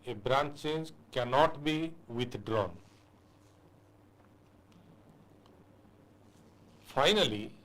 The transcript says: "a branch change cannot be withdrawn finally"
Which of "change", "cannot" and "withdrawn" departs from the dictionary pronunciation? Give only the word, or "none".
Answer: withdrawn